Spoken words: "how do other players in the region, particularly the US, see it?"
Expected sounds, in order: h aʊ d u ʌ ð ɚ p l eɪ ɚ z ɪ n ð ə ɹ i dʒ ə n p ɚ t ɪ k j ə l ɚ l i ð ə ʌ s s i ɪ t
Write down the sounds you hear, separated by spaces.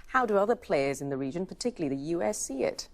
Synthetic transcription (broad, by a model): h aʊ d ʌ ʌ ð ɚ p l eɪ ɚ z ɪ n ð ə ɹ i dʒ ə n p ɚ t ɪ k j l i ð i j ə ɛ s s i ɪ t